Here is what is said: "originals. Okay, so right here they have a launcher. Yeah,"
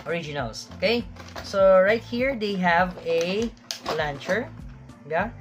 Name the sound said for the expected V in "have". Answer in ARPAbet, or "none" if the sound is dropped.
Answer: V